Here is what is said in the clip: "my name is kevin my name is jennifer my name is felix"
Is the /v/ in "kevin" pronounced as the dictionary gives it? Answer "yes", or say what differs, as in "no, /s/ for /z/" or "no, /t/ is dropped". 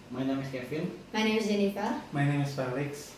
no, /f/ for /v/